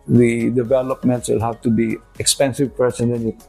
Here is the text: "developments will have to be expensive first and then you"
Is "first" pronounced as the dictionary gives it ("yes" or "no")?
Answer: no